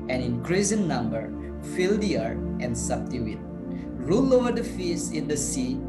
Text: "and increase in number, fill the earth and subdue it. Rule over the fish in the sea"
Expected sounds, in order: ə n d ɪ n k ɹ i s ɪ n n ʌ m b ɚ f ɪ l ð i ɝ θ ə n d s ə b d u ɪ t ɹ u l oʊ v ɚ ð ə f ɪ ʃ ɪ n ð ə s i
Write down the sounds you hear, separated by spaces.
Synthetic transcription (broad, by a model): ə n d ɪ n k ɹ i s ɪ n n ʌ m b ɚ f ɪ l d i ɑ t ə n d s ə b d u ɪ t ɹ u l oʊ v ɚ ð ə f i s ɪ n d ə s i